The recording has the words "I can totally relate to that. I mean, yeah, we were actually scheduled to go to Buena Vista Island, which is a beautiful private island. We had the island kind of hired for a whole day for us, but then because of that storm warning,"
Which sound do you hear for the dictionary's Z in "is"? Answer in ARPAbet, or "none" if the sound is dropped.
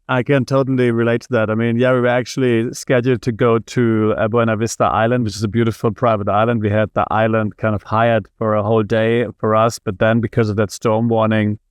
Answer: Z